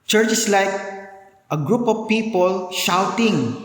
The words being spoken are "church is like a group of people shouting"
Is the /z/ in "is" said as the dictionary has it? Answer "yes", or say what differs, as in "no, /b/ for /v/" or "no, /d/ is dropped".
no, /s/ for /z/